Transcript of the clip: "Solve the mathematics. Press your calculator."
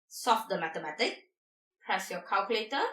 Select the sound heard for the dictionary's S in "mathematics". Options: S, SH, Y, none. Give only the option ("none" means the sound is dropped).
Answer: none